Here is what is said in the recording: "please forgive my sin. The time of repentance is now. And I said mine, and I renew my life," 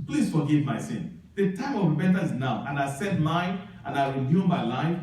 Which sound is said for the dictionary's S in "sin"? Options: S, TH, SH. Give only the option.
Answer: S